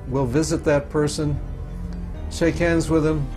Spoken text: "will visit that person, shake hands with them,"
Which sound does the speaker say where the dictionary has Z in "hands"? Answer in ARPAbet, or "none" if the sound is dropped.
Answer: Z